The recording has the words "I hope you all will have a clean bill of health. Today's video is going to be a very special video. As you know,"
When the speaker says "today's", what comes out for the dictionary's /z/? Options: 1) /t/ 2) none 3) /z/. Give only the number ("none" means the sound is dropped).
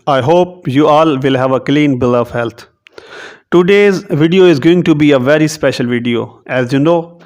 3